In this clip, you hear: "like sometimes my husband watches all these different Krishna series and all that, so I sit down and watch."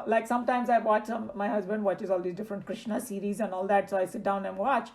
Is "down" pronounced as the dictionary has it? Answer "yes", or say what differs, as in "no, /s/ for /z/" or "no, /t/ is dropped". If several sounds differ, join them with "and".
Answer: yes